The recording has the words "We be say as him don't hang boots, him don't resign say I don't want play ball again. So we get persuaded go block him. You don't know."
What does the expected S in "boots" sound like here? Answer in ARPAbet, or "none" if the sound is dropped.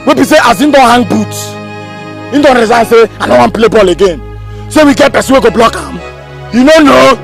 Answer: none